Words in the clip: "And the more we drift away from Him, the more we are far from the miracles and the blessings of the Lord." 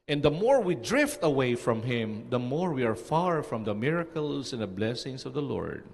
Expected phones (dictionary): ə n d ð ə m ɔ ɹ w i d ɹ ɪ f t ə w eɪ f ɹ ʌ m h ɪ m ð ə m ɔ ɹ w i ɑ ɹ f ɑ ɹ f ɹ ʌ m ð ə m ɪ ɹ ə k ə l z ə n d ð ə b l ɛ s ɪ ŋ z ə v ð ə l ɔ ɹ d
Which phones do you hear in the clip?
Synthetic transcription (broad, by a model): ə n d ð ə m ɔ ɹ w i d ɹ ɪ f t ə w eɪ f ɹ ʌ m h ɪ m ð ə m ɔ ɹ w i ɑ ɹ f ɑ ɹ f ɹ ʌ m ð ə m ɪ ɹ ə k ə l s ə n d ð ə b l ɛ s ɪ ŋ s ə v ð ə l ɔ ɹ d